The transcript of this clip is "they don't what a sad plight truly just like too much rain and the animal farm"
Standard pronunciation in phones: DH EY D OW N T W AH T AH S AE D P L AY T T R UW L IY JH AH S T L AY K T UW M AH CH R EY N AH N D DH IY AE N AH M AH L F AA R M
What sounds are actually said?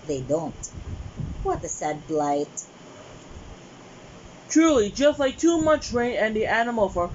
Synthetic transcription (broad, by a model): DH EY D OW N T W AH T AH S AE D B L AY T T R UW L IY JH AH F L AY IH T UW M AH CH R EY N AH N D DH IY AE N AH M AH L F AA R